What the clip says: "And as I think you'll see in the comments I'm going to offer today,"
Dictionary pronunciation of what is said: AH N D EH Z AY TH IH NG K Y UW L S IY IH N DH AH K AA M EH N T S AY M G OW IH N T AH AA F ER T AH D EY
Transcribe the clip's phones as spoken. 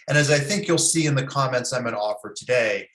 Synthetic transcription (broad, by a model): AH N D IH Z AY TH IH NG K Y UW L S IY IH N DH AH K AA M EH N T S AY M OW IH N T AA F ER T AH D EY